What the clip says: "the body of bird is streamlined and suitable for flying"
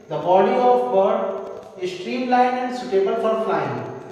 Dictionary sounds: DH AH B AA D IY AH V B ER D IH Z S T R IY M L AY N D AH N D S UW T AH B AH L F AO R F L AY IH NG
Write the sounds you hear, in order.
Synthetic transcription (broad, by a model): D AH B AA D IY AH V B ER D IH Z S T R IY M L AY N AH N D S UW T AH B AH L F AO R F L AY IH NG